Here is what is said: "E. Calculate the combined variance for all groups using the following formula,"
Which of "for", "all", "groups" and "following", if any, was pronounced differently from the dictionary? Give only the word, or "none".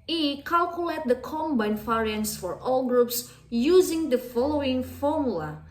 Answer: none